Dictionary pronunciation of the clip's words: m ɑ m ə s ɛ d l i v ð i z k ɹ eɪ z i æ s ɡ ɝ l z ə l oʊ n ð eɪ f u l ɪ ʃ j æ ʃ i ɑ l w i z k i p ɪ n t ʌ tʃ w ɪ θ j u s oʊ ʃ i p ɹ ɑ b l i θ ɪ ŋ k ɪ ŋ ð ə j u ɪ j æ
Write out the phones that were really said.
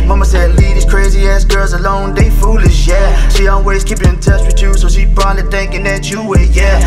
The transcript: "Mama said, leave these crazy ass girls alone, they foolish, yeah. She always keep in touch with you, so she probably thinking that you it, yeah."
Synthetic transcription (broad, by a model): m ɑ m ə s ɛ d l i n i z k ɹ eɪ z i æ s ɡ ɝ l z ə l oʊ n ð eɪ f u l ɪ ʃ j æ ʃ i ɑ l w i z k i p ɪ n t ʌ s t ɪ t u s oʊ ʃ i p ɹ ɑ l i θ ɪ ŋ k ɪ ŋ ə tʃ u ɪ j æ